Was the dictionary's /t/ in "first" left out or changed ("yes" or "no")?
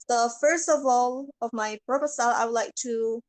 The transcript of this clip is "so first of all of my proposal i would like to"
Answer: no